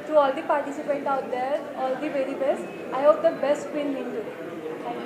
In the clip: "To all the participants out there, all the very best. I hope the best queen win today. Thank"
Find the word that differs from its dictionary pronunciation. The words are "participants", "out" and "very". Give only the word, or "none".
participants